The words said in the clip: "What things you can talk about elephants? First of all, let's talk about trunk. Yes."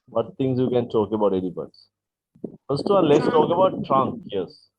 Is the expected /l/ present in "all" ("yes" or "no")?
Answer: no